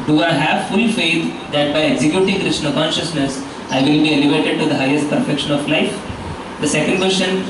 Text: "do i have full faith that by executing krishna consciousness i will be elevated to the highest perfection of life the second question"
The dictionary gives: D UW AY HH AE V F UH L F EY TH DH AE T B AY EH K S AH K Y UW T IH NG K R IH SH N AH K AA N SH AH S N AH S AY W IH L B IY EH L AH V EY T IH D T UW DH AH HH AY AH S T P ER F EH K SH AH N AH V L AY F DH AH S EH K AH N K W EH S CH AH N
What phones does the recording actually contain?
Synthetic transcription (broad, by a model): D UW AY HH AE V F UH L F EY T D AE T B AY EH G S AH K Y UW T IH NG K R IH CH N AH K AA N SH AH S N AH S AY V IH L B IY EH L AH V EY T IH D T UW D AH HH AY AH S T P ER F EH K SH AH N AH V L AY F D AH S EH K AH N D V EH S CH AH N